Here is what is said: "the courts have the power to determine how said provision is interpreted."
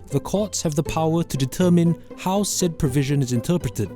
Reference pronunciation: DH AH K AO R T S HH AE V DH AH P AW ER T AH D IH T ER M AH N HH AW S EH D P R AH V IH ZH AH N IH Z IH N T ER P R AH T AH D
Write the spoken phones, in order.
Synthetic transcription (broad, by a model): DH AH K AO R T S HH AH V DH AH P AW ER T AH D IH T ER M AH N HH AW S EH D P R AH V IH ZH AH N IH Z IH N T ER P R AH T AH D